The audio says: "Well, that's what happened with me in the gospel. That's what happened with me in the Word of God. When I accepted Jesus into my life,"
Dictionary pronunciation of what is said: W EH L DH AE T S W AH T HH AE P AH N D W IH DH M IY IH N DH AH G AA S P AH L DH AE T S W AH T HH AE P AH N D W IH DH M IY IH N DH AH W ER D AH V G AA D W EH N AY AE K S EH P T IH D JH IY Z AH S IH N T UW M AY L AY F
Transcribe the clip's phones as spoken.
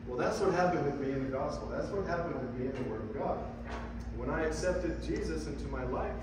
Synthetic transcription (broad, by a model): W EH L DH AE T S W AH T HH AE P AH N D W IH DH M IY IH N DH AH G AA S P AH L DH AE T S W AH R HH AE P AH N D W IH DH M IY IH N DH AH W ER D AH V G AA D W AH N AY AE K S EH P T IH D JH IY Z AH S IH N T UW M AY L AY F